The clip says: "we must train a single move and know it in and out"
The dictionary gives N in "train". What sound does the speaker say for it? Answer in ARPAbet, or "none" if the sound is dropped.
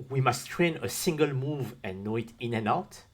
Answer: N